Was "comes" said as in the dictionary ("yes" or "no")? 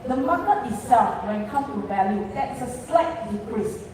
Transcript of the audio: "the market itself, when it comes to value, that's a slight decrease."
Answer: no